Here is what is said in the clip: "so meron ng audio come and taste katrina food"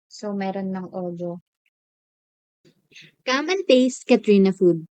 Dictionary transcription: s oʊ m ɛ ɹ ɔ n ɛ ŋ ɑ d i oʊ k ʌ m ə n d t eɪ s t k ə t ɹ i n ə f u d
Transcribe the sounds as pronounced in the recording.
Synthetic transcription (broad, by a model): s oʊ m ɛ ɹ ɔ n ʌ ŋ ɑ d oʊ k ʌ m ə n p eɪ s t k ə t ɹ i n ə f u d